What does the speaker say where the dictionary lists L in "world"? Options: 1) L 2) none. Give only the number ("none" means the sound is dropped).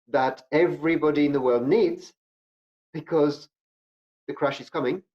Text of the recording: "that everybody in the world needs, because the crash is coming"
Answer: 1